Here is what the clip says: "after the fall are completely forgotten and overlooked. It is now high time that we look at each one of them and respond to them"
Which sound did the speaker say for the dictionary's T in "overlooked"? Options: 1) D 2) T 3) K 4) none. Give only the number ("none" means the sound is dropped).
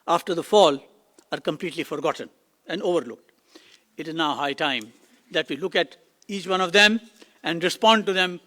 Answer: 2